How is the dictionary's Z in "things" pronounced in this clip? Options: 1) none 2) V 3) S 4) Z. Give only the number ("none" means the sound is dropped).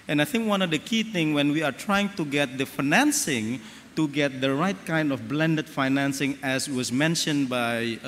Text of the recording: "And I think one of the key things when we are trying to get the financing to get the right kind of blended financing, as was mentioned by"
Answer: 1